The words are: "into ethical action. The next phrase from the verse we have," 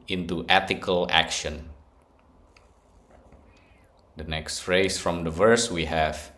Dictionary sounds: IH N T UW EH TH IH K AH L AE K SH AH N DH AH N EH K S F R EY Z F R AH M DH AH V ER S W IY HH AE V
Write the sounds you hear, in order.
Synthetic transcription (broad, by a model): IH N T UW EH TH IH K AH L AE K SH AH N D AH N EH K S F R EY S F R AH M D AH V ER S W IY HH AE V